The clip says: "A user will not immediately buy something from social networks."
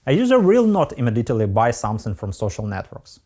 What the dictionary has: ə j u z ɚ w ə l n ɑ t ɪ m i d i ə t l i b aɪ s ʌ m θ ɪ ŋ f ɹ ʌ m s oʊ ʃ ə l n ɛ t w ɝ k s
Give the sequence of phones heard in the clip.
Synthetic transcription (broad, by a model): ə j u z ɚ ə l n ɑ t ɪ m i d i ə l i b aɪ s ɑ m s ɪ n f ɹ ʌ m s oʊ ʃ ə l n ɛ t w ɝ k s